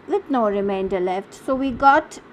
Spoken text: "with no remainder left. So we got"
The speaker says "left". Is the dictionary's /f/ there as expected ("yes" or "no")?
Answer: yes